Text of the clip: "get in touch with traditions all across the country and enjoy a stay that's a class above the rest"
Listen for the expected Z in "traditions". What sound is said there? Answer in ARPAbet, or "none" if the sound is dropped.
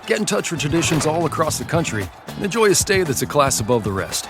Z